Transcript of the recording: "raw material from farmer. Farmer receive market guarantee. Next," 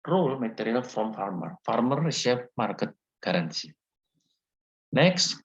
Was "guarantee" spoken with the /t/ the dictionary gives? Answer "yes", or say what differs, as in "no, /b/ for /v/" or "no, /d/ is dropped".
no, /s/ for /t/